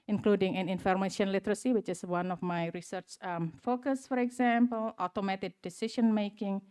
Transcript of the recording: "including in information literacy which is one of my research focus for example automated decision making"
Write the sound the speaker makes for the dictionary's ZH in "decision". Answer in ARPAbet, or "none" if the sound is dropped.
SH